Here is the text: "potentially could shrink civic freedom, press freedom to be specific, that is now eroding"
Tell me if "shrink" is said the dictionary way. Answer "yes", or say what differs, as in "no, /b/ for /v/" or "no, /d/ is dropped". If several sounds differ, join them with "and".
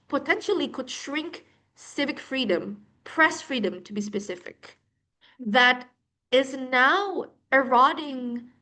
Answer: yes